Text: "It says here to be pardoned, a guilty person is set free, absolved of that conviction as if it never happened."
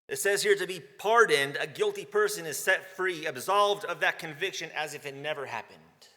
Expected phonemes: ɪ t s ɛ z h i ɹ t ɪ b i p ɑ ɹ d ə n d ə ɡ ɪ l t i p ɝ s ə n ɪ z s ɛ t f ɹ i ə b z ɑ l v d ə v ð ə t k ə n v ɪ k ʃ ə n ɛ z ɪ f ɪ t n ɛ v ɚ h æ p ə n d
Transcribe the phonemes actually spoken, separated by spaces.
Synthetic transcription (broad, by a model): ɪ t s ɛ z h i ɹ t ɪ b i p ɑ ɹ d n d ə ɡ ɪ l t i p ɝ s ə n ɪ z s ɛ t f ɹ i ə b z ɑ l v d ə v ð ə t k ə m v ɪ k ʃ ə n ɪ z ɪ f ɪ t n ɛ v ɚ h æ p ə n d